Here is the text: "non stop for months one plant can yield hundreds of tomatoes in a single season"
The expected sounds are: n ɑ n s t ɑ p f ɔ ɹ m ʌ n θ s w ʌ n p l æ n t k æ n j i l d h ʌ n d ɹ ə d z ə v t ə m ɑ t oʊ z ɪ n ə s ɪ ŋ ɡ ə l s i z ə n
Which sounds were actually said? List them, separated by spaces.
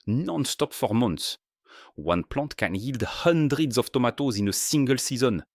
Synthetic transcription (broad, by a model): n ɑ n s t ɑ p f ɔ ɹ m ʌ n t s w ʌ n p l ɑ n t k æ n j i l d h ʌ n d ɹ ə d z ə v t ə m ɑ t oʊ z ɪ n ə s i ŋ ɡ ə l s i z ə n